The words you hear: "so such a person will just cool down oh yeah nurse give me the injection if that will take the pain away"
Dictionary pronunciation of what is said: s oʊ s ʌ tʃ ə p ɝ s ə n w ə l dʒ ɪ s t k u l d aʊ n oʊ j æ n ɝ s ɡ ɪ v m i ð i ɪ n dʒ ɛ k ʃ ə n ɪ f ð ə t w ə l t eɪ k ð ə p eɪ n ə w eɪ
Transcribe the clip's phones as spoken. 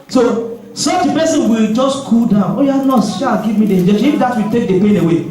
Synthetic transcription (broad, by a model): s oʊ s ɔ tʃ ə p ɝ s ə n w ə l dʒ ɪ s t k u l d aʊ n oʊ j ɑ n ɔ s ɡ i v m i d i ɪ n dʒ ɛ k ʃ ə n ɪ f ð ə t w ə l t eɪ k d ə p eɪ n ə w eɪ